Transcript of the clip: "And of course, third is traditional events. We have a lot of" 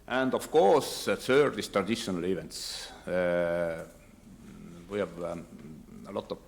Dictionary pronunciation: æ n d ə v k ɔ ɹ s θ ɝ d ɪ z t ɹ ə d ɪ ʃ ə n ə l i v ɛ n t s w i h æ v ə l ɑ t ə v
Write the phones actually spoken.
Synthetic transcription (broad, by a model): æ n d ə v k ɔ ɹ s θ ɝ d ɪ s t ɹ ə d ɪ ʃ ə n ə l i v ɛ n t s w i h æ v ə l ɑ t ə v